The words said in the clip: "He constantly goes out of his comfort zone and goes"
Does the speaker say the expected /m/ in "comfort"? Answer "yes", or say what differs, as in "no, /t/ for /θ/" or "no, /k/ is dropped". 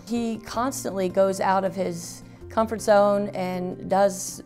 yes